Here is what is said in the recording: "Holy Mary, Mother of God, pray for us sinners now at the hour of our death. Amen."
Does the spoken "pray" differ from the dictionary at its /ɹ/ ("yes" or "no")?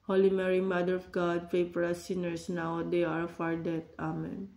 yes